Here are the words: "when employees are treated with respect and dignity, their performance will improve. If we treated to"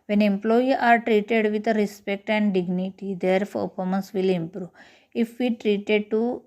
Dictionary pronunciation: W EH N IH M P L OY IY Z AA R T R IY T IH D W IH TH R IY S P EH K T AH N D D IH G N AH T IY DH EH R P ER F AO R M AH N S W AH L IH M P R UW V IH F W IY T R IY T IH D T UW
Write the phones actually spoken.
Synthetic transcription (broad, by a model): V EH N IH M P L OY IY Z AA R T R IY T IH D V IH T R IY S P EH K T AH N D D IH G N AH T IY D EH R F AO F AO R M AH N S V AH L IH M P R UW V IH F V IY T R IY T IH D T UW